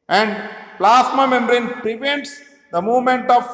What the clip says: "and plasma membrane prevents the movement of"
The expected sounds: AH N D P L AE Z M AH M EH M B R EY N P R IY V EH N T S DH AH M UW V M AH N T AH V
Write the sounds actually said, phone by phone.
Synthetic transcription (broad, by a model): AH N D P L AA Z M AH M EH M R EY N P R IY V EH N T S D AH M UW V M AH N T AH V